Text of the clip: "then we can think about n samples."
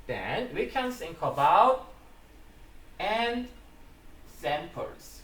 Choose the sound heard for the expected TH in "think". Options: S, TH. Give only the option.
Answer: S